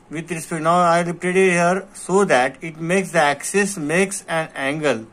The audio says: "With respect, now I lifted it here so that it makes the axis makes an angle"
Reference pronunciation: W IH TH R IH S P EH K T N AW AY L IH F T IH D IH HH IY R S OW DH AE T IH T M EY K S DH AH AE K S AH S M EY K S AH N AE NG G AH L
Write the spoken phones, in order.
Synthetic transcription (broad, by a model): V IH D R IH S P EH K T N AW AY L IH P T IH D IH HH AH R S OW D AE T IH T M EY K S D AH AE K S AH S M EY K S AH N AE NG G AH L